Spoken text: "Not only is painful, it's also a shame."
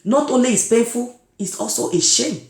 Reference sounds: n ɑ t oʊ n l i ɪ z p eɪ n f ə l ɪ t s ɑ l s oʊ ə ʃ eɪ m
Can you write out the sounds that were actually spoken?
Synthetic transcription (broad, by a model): n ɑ t oʊ n l i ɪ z p eɪ n f ə l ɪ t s ɑ l s oʊ ə ʃ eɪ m